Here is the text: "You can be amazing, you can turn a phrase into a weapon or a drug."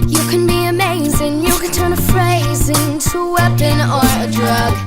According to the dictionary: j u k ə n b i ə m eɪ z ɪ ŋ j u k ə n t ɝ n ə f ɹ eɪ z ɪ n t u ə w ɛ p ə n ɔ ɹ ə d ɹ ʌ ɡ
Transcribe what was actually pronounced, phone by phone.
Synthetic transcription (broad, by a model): j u k ə n b i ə m eɪ z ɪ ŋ j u k ə n t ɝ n ə f ɹ eɪ z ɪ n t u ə w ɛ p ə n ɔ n ə d ɹ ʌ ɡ